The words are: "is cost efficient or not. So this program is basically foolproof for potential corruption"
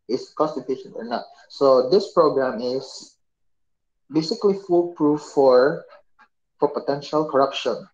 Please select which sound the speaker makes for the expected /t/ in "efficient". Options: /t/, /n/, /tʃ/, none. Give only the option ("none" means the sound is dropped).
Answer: none